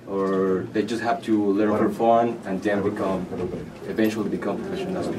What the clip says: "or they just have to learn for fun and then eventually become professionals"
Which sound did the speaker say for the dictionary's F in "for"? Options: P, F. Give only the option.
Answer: P